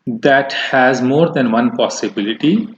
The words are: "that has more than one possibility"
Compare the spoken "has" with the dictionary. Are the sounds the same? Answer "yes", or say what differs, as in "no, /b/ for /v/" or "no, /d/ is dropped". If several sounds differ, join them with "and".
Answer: yes